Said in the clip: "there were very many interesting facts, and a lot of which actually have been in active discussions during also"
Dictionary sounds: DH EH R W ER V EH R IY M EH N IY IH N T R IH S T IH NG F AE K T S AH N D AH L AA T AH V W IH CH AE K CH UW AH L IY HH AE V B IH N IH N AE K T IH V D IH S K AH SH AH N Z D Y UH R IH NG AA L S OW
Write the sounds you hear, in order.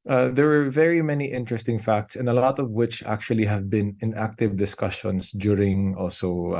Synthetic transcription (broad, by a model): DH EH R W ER V EH R IY M EH N IY IH N T R IH S T IH NG F AE K T S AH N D AH L AA T AH V W IH CH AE K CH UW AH L IY HH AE V B IH N IH N AE K T IH V D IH S K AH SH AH N S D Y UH R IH NG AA L S OW